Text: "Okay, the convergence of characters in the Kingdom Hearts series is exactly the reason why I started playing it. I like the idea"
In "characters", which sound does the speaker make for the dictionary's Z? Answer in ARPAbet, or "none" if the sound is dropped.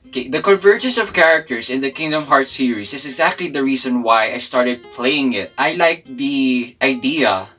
S